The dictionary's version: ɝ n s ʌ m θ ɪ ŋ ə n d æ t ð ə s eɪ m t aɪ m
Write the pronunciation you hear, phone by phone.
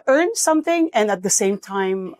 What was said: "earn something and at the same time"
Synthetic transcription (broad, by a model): ɝ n s ʌ m θ ɪ ŋ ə n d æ t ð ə s eɪ m t aɪ m